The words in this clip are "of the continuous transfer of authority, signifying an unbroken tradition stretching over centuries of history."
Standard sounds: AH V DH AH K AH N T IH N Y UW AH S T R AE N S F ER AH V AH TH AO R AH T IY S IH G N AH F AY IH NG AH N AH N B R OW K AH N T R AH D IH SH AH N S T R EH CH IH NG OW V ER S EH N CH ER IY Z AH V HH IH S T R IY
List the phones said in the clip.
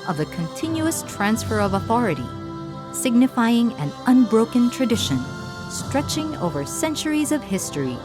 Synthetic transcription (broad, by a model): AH V DH AH K AH N T IH N Y UW AH S T R AE N S F ER AH V AH TH AO R AH T IY S IH G N AH F AY IH NG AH N AH N B R OW K AH N T R AH D IH SH AH N S T R EH CH IH NG OW V ER S EH N CH ER IY Z AH V HH IH S T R IY